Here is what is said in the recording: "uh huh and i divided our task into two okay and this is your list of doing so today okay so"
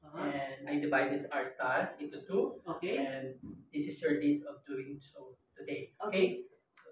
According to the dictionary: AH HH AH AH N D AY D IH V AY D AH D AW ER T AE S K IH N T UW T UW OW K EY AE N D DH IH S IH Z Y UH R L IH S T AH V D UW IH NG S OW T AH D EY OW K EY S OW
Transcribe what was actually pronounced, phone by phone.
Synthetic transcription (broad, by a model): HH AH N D AY D IH V AY D AH D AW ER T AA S IH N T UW T UW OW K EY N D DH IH S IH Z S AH R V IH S AH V D UW IH NG S OW T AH D EY OW K EY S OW